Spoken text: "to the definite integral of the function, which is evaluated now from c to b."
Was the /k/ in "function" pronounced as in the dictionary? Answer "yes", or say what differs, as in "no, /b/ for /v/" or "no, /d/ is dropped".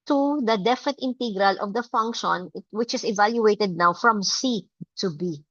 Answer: yes